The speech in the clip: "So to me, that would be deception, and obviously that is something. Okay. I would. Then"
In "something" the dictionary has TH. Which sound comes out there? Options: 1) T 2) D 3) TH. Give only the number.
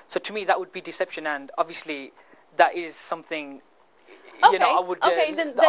3